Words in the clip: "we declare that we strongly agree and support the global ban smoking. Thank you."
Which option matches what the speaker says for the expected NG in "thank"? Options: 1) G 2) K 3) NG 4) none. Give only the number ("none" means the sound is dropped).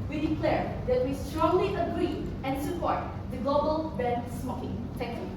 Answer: 4